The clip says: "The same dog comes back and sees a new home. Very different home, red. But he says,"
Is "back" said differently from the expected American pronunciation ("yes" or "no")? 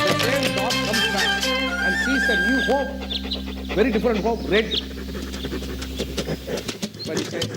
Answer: yes